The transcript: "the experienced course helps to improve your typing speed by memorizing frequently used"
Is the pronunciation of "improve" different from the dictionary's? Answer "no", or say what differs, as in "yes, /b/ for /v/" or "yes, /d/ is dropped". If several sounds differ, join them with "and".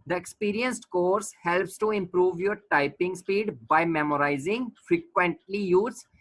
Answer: no